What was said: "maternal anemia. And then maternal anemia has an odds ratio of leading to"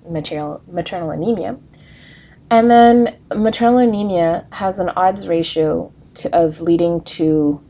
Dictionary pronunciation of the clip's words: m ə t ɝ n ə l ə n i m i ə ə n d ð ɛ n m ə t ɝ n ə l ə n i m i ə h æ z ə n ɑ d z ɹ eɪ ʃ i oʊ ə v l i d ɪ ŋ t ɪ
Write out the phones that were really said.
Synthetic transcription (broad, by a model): m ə t ɝ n l ə n i m i ə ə n ð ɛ n m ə t ɝ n l ə n i m i ə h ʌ z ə n ɑ d z ɹ eɪ ʃ i oʊ ə v l i d ɪ ŋ t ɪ